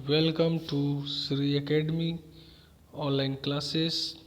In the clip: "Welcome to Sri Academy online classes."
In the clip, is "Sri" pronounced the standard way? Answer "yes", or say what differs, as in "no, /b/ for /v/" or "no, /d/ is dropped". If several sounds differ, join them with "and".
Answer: yes